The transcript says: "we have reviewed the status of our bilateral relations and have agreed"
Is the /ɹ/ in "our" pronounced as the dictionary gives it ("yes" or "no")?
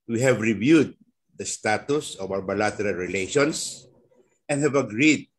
no